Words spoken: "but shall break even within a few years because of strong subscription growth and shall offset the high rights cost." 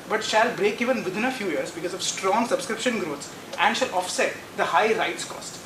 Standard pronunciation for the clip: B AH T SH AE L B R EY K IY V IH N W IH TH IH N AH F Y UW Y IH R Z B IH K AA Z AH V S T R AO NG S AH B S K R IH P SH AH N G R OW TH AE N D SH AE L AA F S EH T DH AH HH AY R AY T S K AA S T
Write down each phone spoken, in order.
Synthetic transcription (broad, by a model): B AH T SH AE L B R EY K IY V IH N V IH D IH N AH F Y UW Y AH R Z B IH K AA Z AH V S T R AO NG S AH B S K R IH P SH AH N G R OW S AE N D SH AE L AA F S EH T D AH HH AY R AY T S K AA S T